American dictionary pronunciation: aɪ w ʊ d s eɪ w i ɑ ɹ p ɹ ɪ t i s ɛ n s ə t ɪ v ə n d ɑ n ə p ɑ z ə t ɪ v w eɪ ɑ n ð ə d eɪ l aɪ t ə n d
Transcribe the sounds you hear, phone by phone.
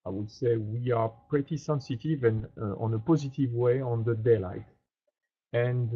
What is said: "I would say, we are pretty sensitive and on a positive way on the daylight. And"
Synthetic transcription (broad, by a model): aɪ w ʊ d s eɪ w i ɑ ɹ p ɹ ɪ t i s ɛ n s ə t ɪ v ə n ɑ n ə p ɑ z ə t ɪ v w eɪ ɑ n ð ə d eɪ l aɪ t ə n